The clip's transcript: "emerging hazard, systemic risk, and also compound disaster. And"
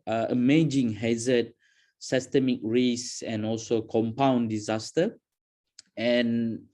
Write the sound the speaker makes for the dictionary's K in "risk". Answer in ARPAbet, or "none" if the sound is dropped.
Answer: none